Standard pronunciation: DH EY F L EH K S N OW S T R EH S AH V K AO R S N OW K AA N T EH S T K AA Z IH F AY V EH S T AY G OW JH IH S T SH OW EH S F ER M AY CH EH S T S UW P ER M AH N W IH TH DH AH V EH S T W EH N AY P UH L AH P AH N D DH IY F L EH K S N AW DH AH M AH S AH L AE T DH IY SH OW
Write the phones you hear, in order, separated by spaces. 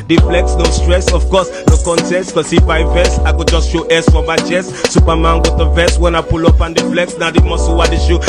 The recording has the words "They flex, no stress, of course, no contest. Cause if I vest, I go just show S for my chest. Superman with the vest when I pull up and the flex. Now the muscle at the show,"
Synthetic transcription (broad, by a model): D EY F L EH K S N OW S T R EH S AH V K AO S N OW K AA N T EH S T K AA S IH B AY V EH S AY G OW JH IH S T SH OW EH S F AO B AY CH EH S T S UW P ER M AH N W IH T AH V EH S W EH N AY P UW L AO P AH N D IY F L EH K S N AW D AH M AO S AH W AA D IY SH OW